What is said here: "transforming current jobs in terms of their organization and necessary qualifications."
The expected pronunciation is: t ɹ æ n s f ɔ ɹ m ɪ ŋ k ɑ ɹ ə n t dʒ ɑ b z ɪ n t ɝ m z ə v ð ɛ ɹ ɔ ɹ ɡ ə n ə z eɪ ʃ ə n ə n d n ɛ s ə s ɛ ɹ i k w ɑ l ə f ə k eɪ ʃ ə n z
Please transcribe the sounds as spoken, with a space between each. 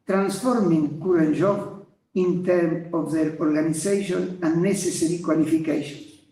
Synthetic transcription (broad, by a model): t ɹ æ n s f ɔ ɹ m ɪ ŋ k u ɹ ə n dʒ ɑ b ɪ n t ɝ m ə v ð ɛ ɹ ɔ ɹ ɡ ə n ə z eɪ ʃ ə n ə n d n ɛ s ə s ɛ ɹ i k w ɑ l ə f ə k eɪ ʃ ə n